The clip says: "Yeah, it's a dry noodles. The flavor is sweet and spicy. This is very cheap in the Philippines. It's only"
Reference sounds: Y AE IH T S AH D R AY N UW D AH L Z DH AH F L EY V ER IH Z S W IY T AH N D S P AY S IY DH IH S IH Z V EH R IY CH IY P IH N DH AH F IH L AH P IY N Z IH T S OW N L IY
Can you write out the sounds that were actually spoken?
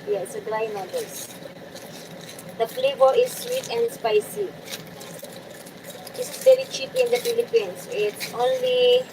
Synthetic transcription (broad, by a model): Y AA IH T S AH D R AY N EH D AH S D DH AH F L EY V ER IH S W IY T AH N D S P AY S IY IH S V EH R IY CH IY P IH N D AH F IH L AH P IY N S IH T S OW N L IY